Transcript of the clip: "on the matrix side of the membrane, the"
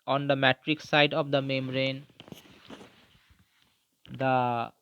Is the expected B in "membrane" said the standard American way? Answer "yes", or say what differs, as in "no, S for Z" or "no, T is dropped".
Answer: no, B is dropped